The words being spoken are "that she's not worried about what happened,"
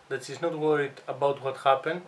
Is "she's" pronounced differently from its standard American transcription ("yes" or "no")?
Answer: yes